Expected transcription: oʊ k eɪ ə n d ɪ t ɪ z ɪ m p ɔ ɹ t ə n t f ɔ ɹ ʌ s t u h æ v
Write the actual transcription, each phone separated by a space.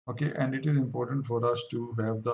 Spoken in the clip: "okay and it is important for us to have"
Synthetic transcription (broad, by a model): oʊ k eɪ ə n d ɪ t ɪ z ɪ m p ɔ ɹ t ə n t f ɔ ɹ ʌ s t u h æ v